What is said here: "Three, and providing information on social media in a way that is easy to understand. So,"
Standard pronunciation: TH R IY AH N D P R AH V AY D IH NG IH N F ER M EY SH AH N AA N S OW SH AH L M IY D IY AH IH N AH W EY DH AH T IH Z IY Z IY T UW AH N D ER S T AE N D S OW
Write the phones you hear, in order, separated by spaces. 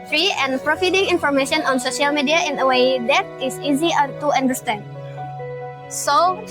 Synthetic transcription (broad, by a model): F R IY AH N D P R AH F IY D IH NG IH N F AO M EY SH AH N AA N S OW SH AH L M IY D IY AH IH N AH W EY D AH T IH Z IY Z IY T UW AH N D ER S T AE N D S OW